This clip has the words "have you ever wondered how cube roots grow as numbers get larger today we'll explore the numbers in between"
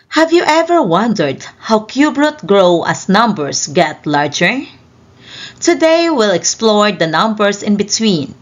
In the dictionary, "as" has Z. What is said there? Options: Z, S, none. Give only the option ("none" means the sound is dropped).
S